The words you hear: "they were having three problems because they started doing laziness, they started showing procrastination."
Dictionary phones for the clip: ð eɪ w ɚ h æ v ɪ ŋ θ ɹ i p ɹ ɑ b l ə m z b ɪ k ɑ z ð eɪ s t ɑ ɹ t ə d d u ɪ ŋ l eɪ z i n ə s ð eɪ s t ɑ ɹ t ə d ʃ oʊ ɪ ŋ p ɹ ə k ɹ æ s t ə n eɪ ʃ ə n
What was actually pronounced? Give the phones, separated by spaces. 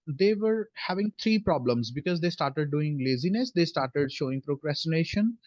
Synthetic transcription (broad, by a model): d eɪ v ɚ h æ v ɪ ŋ t ɹ i p ɹ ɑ b l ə m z b ɪ k ɑ z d eɪ s t ɑ ɹ t ə d d u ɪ ŋ l eɪ z i n ə s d eɪ s t ɑ ɹ t ə d ʃ oʊ ɪ ŋ p ɹ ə k ɹ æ s t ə n eɪ ʃ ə n